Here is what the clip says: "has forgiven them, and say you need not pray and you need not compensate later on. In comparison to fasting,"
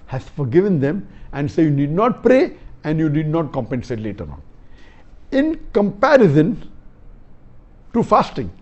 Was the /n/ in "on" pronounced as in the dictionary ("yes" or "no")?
yes